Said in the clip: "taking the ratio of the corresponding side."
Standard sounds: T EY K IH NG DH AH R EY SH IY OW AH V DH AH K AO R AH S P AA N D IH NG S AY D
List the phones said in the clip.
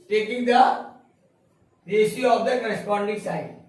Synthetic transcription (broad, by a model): T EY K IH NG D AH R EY S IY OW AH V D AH K AO R AH S P AA N D IH NG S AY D